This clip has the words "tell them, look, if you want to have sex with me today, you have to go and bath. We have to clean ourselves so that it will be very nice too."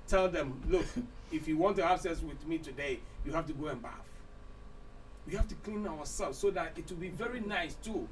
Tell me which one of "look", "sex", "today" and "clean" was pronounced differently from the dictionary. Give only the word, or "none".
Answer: sex